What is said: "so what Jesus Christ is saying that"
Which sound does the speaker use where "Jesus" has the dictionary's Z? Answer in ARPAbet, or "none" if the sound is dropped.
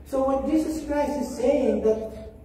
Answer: S